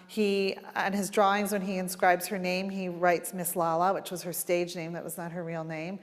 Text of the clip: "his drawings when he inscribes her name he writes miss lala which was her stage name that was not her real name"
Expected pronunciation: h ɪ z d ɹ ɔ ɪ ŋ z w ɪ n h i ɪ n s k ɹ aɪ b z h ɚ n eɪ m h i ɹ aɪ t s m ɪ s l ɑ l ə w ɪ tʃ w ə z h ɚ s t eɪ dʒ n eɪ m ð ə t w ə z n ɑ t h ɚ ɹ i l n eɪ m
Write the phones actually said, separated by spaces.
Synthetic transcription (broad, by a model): h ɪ z d ɹ ɔ ɪ ŋ z w ɪ n i ɪ n s k ɹ aɪ b z h ɚ n eɪ m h i ɹ aɪ t s m ɪ s l ɑ l ə w ɪ tʃ w ə z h ɚ s t eɪ dʒ n eɪ m ð ə t w ə z n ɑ t h ɚ ɹ i l n eɪ m